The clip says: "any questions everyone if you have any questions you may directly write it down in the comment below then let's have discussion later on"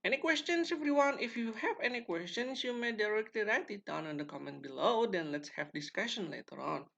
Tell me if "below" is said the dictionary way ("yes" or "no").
yes